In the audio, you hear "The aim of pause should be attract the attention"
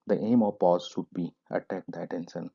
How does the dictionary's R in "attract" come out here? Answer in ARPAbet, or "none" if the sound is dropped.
none